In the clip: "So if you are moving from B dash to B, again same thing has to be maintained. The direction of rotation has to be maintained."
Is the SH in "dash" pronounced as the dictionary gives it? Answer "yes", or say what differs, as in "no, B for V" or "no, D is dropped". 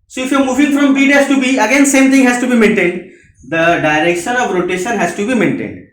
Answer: no, S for SH